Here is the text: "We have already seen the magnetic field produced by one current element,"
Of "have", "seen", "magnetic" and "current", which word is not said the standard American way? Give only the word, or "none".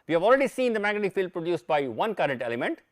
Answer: magnetic